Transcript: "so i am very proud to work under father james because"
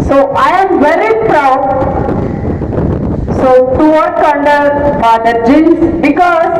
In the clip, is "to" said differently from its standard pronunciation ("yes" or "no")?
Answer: yes